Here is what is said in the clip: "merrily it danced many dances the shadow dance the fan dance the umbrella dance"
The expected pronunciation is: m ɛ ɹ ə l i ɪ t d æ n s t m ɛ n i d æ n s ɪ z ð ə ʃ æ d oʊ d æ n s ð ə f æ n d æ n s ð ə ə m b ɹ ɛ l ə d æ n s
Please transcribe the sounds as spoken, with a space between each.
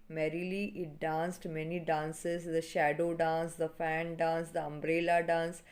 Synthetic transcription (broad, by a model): m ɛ ɹ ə l i ɪ t d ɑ n s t m ɛ n i d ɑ n s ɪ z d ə ʃ æ d oʊ d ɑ n s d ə f æ n d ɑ n s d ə ə m b ɹ ɛ l ə d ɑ n s